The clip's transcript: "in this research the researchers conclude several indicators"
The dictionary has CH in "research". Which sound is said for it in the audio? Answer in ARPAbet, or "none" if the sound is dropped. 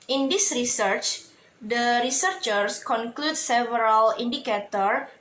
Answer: CH